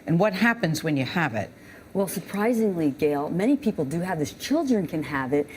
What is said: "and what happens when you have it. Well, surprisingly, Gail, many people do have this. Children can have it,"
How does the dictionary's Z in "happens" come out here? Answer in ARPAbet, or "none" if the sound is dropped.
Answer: Z